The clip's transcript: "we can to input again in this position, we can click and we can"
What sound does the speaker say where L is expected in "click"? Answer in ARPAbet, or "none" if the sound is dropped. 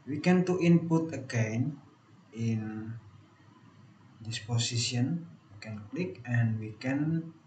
L